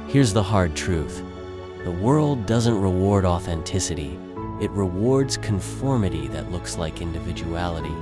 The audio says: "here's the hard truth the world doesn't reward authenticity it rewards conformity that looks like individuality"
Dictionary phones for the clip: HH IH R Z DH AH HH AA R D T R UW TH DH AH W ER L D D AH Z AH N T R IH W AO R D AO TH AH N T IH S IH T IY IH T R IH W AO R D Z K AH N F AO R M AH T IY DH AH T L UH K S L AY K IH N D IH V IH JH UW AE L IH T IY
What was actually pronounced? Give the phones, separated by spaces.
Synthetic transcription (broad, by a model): HH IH R Z DH AH HH AA R D T R UW TH DH AH W ER L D D AH Z AH N T R IH W AO R D AO TH AH N T IH S IH T IY IH T R IH W AO R D Z K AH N F AO R M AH T IY DH AH T L UH K S L AY K IH N D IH V IH JH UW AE L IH T IY